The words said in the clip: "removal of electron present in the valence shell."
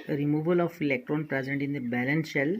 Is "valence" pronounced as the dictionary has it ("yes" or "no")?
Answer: no